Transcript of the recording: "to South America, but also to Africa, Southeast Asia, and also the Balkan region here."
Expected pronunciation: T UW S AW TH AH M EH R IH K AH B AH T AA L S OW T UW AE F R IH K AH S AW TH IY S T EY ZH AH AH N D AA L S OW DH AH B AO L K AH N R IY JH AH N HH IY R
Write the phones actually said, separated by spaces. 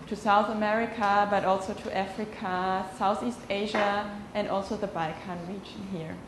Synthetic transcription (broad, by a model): T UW S AW TH AH M EH R IH K AH B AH T AA L S OW T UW AE F R IH K AH S AW TH IY S T EY ZH AH AH N D AA L S OW DH AH B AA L K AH N R IY JH AH N HH IY R